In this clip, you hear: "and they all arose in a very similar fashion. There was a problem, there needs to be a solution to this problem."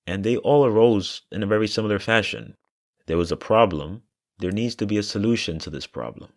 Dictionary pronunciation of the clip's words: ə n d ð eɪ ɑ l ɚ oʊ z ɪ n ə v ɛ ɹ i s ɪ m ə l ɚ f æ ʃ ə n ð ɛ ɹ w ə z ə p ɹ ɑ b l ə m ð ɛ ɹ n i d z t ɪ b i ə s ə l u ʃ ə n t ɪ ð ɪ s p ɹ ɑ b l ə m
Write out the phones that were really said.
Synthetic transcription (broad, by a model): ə n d ð eɪ ɑ l ɚ oʊ z ɪ n ə v ɛ ɹ i s ɪ m l ɚ f æ ʃ ə n ð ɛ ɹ w ə z ə p ɹ ɑ b l ə m ð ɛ ɹ n i d z t ɪ b i ə s ə l u ʃ ə n t ɪ ð ɪ s p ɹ ɑ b l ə m